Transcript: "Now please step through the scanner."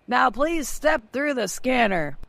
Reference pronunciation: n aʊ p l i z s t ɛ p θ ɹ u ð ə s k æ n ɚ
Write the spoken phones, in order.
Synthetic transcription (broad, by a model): n aʊ p l i z s t ɛ p θ ɹ u ð ə s k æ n ɚ